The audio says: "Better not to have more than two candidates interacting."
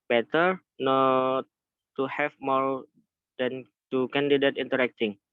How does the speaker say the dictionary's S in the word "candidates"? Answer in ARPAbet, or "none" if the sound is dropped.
none